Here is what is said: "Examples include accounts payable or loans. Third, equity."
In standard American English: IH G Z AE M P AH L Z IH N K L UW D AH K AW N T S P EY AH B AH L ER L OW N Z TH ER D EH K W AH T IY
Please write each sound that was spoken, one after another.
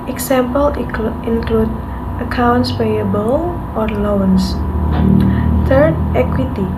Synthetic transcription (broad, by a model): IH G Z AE M P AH L IH N K L UW D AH K AW N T S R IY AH B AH L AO L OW N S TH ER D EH K W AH T IY